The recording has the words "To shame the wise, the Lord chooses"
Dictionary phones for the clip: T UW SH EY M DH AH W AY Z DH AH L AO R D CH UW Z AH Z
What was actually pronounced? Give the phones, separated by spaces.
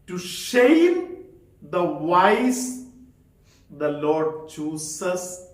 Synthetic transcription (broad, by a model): T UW SH EY M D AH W AY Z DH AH L AO R D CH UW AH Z